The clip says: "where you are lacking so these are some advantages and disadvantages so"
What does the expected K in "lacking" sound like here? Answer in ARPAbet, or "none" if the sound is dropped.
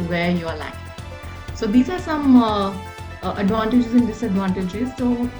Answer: none